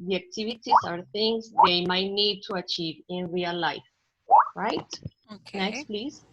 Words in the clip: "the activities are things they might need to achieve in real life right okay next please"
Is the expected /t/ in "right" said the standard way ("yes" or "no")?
yes